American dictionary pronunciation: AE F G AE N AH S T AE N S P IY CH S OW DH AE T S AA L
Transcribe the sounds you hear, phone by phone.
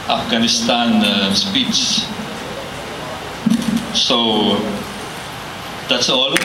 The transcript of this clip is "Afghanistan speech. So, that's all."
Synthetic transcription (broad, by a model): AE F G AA N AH S T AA N S P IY S S OW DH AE T S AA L